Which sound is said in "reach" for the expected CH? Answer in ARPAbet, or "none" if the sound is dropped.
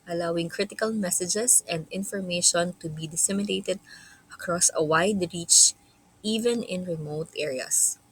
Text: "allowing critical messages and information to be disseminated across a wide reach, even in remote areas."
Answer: CH